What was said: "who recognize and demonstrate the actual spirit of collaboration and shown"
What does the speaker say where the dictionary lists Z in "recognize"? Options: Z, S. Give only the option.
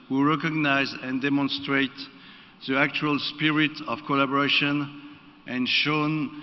Z